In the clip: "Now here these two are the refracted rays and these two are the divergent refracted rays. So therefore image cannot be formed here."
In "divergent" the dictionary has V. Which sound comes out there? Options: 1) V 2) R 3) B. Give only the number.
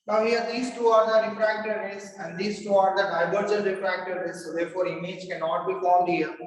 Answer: 3